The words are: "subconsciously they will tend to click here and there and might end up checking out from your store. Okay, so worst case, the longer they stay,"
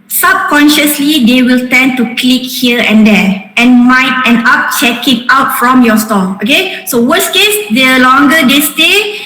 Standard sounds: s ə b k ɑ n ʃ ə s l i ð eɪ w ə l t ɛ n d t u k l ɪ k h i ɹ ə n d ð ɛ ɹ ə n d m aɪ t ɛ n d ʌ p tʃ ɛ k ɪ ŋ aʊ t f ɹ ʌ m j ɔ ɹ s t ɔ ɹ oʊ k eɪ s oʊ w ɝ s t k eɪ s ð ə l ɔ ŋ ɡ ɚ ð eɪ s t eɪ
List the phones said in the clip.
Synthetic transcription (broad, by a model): s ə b k ɑ n ʃ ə s l i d eɪ w ə l t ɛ n t u k l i k h i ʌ ə n d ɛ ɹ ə n m aɪ t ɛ n ʌ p tʃ ɛ k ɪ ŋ aʊ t f ɹ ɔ m j ɔ s t ɔ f oʊ k eɪ s oʊ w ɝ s k eɪ s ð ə l ɔ ŋ ɡ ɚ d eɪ s t eɪ